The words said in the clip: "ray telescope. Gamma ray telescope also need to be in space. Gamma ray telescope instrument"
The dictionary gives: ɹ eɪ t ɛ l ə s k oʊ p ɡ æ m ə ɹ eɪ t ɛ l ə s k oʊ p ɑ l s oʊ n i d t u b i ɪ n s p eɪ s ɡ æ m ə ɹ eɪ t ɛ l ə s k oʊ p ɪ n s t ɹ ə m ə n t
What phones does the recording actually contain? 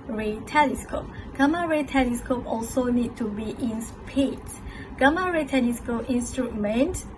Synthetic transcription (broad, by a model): ɹ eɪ t ɛ l ə s k oʊ p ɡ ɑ m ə ɹ eɪ t ɛ l ə s k oʊ p ɑ l s oʊ n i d t u b i ɪ n s p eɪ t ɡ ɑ m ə ɹ eɪ t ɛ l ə s k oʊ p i n s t ɹ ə m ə n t